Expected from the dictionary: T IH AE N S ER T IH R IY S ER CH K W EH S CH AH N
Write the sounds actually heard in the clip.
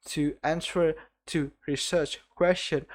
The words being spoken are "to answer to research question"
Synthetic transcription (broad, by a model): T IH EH N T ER T IH R IY S ER CH K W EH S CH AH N